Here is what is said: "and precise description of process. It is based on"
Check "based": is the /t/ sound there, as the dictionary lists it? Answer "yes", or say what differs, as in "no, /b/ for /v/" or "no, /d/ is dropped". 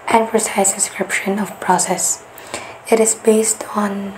yes